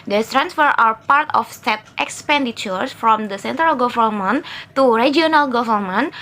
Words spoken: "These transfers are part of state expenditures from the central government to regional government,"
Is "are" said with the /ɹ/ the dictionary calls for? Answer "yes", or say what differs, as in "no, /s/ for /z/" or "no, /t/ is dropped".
no, /w/ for /ɹ/